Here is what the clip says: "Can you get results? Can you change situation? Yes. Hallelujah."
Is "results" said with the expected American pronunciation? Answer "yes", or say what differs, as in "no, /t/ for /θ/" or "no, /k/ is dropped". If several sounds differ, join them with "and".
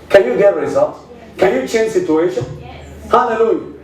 no, /s/ is dropped